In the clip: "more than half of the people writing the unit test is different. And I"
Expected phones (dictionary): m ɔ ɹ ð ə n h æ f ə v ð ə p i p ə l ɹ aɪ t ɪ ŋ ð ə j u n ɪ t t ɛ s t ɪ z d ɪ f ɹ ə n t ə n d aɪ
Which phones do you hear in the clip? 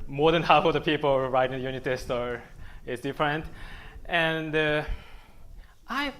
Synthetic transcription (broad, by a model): m ɔ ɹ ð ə n h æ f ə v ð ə p i p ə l ɹ aɪ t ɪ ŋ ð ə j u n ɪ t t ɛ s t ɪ s d ɪ f ɹ ə n t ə n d aɪ